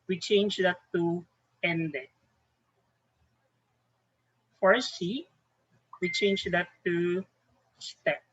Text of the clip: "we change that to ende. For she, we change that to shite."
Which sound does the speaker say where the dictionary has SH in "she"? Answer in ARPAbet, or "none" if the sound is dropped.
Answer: S